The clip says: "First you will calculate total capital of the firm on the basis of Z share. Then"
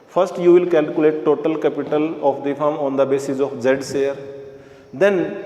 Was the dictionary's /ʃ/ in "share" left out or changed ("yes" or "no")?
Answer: yes